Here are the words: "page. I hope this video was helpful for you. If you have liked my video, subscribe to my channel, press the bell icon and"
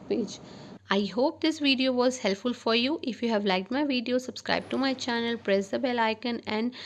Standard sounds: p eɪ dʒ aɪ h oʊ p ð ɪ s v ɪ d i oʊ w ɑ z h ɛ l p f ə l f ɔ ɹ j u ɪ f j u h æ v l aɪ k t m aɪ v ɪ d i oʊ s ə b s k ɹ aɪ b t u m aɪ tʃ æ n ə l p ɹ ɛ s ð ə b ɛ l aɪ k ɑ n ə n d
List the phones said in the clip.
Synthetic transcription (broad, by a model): p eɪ dʒ aɪ h oʊ p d ɪ s v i d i oʊ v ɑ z h ɛ l p f ə l f ɔ ɹ j u ɪ f j u h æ v l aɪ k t m aɪ v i d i oʊ s ə b s k ɹ aɪ b t u m aɪ tʃ æ n ə l p ɹ ɛ s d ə b ɛ l aɪ k ɑ n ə n d